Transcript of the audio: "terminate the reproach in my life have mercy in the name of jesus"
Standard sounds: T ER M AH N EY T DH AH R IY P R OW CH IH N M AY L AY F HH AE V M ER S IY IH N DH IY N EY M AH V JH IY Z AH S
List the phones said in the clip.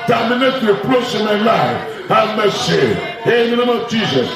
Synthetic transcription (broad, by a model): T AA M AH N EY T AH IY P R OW S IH M AY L AY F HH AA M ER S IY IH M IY N EY M AH V JH IY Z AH S